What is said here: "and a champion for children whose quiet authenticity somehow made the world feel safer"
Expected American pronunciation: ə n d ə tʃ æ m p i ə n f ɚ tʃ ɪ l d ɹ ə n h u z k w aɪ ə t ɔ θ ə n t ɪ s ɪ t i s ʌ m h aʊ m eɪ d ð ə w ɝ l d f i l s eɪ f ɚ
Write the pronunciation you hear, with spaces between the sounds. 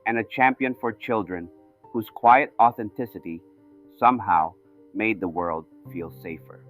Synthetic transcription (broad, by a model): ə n ə tʃ æ m p i ə n f ɚ tʃ ɪ l d ɹ ə n h u z k w aɪ ə t ɔ θ ə n t ɪ s ɪ t i s ʌ m h aʊ m eɪ d ð ə w ɝ l d f i l s eɪ f ɚ